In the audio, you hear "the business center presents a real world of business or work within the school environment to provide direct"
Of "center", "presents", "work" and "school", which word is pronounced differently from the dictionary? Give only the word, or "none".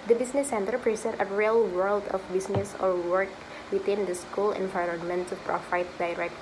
presents